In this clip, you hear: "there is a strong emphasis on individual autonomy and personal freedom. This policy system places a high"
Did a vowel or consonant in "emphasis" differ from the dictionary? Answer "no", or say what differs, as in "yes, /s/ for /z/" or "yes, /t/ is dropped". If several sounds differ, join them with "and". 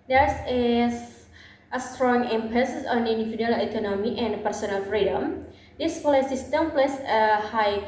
yes, /p/ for /f/